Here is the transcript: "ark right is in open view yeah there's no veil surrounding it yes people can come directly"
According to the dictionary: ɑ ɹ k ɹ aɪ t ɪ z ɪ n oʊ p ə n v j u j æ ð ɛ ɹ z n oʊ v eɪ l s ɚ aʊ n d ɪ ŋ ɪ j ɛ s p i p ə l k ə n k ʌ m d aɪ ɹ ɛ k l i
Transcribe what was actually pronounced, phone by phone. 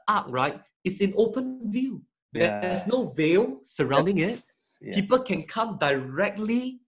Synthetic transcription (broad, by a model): ɑ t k ɹ aɪ t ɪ s ɪ n oʊ p ə n v j u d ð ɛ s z n oʊ v eɪ l s ɚ aʊ n d ɪ ŋ ɪ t p i p ə l k ə n k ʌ m d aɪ ɹ ɛ k l i